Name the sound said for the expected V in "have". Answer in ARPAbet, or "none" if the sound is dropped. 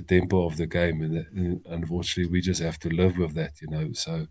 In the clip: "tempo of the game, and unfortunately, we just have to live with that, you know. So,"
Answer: F